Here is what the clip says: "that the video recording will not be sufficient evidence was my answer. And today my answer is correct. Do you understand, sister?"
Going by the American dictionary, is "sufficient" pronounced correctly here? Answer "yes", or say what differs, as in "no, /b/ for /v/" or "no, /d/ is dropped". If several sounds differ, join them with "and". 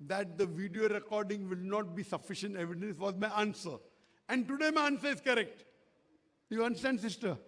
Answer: yes